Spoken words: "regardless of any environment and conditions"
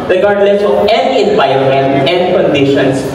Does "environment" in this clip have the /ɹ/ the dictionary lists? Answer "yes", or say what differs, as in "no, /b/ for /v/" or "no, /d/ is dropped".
no, /ɹ/ is dropped